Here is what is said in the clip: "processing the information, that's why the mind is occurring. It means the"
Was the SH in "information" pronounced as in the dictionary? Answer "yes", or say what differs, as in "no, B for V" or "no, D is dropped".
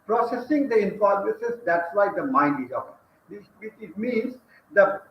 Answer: no, S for SH